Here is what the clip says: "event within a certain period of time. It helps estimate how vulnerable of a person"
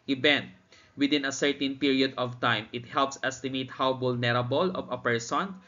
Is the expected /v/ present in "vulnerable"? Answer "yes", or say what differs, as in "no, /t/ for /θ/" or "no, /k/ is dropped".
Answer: no, /b/ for /v/